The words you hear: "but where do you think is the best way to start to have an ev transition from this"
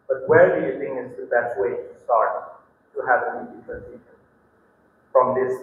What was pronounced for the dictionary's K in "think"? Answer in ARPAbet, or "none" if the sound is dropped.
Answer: none